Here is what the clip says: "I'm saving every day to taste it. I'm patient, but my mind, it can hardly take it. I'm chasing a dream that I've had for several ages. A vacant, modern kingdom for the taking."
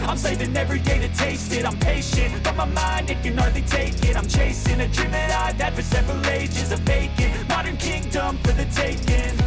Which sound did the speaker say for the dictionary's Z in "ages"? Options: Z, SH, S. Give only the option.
Z